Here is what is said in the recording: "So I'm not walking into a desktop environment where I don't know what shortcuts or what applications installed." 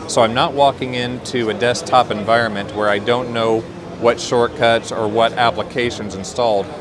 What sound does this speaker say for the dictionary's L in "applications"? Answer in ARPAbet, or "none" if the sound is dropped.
L